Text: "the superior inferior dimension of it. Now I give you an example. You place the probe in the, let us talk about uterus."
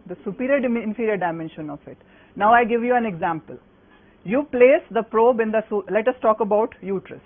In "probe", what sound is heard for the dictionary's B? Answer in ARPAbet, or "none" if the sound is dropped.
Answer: B